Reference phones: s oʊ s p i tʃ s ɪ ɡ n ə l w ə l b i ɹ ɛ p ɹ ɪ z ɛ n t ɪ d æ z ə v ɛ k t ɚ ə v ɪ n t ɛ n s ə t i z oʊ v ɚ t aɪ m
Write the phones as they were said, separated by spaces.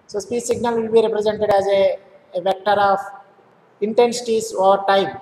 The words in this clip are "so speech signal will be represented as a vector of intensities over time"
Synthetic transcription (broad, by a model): s oʊ s p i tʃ s ɪ ɡ n ə l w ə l b i ɹ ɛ p ɹ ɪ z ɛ n t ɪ d æ z ə v ɛ k t ɚ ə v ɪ n t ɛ n s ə t i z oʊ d t aɪ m